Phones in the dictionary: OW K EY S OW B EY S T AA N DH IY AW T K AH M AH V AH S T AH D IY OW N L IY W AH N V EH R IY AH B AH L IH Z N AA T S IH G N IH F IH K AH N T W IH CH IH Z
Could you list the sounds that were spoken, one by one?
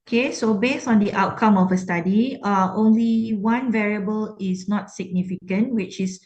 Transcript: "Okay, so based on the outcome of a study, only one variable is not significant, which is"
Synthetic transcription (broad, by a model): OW K EY S OW B EY S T AA N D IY AW T K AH M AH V AH S T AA D IY OW N L IY W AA N V EH R IY AH B AH L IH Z N AA T S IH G N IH F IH K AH N T W IH CH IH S